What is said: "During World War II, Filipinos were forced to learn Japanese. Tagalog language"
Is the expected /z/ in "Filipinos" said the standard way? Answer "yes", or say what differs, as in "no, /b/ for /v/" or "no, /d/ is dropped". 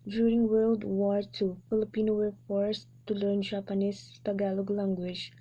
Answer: no, /z/ is dropped